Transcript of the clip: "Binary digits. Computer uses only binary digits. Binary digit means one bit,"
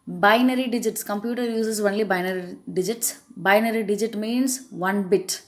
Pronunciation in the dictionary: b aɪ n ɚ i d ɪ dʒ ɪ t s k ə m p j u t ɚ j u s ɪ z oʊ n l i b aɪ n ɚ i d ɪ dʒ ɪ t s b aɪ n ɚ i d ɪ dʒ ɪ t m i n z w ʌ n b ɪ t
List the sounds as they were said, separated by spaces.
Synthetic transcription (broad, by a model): b aɪ n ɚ i d ɪ dʒ ɪ t s k ə m p j u t ɚ j u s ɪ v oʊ n l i b aɪ n ɚ i d ɪ dʒ ɪ t s b aɪ n ɚ i d ɪ dʒ ɪ t m i n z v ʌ n b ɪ t